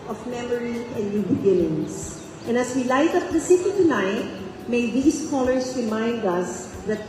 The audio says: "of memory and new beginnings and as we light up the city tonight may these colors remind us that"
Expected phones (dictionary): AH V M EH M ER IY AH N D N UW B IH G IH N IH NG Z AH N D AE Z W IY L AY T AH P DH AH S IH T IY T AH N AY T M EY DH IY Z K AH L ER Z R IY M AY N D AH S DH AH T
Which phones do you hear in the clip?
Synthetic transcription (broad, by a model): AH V M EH M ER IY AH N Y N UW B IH G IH N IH NG S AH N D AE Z W IY L AY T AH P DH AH S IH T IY T AH N AY T M EY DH IY S K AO L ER S R IY M AY N D AH S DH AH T